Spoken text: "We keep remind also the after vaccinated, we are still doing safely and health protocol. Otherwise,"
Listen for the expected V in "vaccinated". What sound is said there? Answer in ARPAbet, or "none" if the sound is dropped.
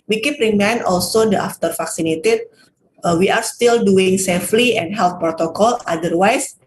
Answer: F